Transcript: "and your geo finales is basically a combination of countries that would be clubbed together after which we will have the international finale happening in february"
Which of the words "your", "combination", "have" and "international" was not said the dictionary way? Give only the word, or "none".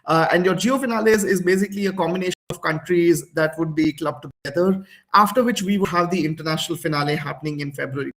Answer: none